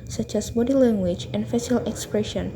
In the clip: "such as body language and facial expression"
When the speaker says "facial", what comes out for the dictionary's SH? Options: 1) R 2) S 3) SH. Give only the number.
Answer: 2